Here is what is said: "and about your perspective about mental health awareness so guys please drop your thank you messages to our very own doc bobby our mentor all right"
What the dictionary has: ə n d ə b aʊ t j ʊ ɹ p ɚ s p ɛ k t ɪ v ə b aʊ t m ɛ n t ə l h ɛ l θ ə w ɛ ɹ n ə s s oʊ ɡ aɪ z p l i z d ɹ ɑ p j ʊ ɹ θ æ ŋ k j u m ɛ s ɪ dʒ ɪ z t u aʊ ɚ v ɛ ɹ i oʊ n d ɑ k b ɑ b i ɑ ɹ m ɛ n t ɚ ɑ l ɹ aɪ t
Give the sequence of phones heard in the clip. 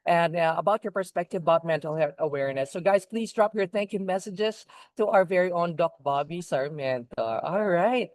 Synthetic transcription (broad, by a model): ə n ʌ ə b aʊ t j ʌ ɹ p ɚ s p ɛ k t ɪ v ə b aʊ t m ɛ n t l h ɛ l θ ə w ɛ ɹ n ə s s oʊ ɡ aɪ z p l i z d ɹ ɑ p j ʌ ɹ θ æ ŋ k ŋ m ɛ s ɪ dʒ ɪ z t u aʊ ɚ v ɛ ɹ i oʊ n d ɑ k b ɑ b i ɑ ɹ m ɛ n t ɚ ɑ l ɹ aɪ t